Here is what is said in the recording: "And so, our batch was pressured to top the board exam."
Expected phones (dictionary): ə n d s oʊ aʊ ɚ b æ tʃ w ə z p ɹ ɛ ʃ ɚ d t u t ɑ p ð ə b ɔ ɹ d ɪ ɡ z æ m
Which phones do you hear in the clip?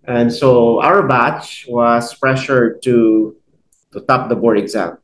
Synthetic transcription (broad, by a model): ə n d s oʊ aʊ ɚ b æ tʃ w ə s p ɹ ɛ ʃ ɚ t t u t ɑ p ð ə b ɔ ɹ d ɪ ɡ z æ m